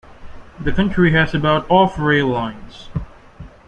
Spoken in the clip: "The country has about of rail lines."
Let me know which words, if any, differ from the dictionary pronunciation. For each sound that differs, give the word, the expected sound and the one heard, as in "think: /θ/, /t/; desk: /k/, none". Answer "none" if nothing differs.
of: /v/, /f/